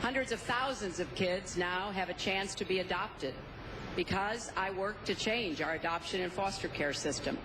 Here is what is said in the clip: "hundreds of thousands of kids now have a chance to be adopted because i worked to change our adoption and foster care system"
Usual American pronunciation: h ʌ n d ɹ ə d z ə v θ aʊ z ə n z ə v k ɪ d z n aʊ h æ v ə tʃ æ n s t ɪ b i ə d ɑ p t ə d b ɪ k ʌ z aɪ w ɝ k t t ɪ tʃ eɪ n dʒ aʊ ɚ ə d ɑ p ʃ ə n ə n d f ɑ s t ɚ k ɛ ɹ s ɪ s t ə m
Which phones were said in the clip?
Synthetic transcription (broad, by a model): h ʌ n d ɹ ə d z ə v θ aʊ z ə n z ə v k ɪ d z n aʊ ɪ v ə tʃ æ n s t ɪ b i ə d ɑ p t ə d b ɪ k ʌ z aɪ w ɝ k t t ɪ tʃ eɪ n dʒ aʊ ɚ ə d ɑ p ʃ ə n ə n f ɑ s t ɚ k ɛ ɹ s ɪ s t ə m